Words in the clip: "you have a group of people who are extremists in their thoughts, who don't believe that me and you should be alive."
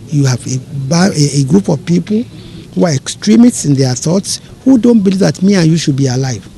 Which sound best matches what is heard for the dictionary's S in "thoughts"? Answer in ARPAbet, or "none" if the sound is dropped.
S